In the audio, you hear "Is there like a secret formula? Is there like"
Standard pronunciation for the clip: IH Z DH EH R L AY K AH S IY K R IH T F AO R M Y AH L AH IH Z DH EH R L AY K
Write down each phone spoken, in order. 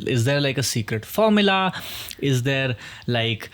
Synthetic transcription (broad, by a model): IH Z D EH R L AY K AH S IY K R IH T F AO R M Y AH L AH IH Z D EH R L AY K